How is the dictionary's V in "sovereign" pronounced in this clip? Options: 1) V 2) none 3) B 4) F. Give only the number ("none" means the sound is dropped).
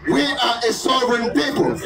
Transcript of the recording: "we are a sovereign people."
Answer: 2